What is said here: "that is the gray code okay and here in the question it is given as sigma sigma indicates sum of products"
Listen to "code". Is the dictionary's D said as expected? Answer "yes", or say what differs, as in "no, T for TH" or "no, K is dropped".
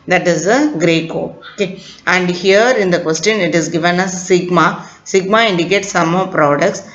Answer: no, D is dropped